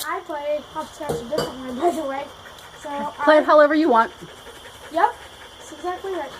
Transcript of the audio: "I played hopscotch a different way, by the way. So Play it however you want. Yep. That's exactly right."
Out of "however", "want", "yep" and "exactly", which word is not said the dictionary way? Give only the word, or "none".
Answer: none